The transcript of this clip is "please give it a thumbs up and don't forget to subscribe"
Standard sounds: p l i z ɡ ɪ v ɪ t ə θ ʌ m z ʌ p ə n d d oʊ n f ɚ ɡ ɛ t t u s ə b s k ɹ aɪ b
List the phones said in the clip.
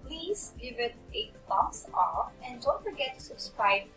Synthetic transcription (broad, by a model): p l i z ɡ ɪ v ɪ t ə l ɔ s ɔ f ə n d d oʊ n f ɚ ɡ ɛ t t u s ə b s k ɹ aɪ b